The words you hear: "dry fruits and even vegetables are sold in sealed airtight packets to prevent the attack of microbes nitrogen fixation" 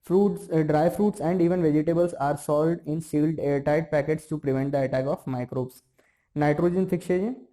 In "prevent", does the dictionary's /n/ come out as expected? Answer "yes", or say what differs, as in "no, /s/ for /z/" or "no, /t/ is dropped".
yes